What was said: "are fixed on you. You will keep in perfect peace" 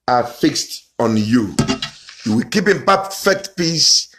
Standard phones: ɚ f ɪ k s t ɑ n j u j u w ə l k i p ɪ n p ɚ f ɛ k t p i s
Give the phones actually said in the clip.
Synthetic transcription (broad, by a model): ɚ f ɪ k s t ɑ n j u j u w ə l k i p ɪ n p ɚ f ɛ k t p i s